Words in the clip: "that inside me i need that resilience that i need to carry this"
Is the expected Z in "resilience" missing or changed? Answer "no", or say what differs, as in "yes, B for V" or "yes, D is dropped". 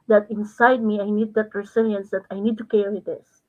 yes, S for Z